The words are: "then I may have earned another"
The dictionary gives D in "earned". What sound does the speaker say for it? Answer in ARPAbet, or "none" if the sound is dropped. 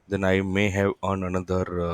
none